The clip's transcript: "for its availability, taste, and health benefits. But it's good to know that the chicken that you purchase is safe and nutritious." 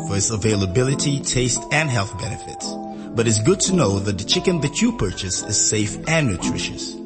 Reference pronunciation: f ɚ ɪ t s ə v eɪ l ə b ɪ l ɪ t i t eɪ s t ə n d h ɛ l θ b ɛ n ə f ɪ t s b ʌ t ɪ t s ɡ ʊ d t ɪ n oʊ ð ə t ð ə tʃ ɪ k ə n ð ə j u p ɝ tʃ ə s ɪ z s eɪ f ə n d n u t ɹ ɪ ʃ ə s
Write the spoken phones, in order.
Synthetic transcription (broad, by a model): f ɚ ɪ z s ə v eɪ l ə b ɪ l ɪ t i t eɪ s t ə n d h ɛ l θ b ɛ n ə f ɪ t s b ʌ t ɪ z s ɡ ʊ d t ɪ n oʊ ð ə t ð ə tʃ ɪ k ə n ð ə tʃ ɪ p ɝ tʃ ə s ɪ z s eɪ f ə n n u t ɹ ɪ ʃ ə s